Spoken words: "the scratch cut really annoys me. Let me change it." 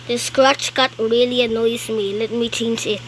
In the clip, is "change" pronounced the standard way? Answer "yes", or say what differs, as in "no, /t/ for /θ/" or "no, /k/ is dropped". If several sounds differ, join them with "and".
no, /tʃ/ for /dʒ/